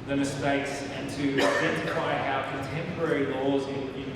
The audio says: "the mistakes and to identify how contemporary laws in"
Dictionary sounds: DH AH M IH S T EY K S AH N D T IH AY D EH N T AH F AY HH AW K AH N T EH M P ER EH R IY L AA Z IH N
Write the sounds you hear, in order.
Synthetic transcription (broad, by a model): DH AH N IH S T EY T S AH N T IH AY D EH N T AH F AY HH AW K AH N T EH M P ER EH R IY L AA Z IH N